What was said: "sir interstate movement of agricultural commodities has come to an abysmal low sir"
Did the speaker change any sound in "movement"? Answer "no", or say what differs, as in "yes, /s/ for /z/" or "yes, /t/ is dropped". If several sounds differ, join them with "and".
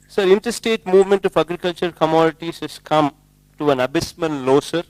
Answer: no